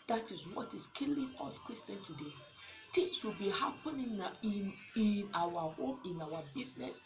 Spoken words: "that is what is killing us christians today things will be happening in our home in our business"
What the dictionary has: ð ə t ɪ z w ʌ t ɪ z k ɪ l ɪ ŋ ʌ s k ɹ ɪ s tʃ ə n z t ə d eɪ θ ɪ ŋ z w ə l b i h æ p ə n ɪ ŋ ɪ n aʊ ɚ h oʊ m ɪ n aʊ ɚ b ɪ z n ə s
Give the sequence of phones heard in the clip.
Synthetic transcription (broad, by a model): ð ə t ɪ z w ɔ t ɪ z k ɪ l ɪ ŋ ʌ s k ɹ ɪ s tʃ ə n t ə d eɪ t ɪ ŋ s w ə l b i h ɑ p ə n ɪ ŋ ɪ n aʊ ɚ h oʊ m ɪ n aʊ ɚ b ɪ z n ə s